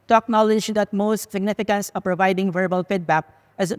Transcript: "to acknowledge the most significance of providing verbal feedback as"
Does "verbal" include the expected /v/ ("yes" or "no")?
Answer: yes